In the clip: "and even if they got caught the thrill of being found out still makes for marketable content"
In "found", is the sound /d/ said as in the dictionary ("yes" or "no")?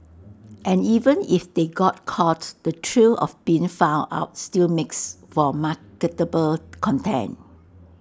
no